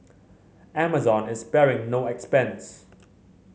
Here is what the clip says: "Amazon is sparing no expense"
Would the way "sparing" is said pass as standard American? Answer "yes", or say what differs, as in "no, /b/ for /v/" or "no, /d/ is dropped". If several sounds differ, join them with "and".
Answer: no, /b/ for /p/